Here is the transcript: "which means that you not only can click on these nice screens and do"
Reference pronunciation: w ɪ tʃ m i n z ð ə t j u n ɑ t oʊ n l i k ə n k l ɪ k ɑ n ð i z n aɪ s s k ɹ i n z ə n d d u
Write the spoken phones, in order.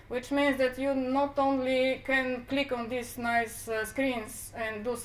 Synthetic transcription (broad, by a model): w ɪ tʃ m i n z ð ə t j u n ɑ t oʊ n l i k ə n k l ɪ k ɑ n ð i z n aɪ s s k ɹ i n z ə n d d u